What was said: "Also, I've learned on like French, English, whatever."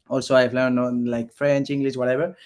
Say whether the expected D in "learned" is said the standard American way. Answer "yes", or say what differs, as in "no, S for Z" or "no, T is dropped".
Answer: no, D is dropped